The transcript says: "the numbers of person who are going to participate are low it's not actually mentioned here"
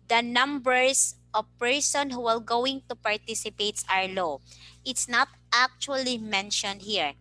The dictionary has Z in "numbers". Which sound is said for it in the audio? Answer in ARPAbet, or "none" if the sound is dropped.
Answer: S